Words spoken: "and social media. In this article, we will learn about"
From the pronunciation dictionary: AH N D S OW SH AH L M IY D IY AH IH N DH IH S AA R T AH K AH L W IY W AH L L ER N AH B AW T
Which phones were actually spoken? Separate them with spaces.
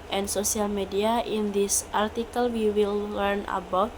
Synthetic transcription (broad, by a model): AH N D S OW S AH L M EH D IY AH IH N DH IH S AA R T AH K AH L W IY W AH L L ER N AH B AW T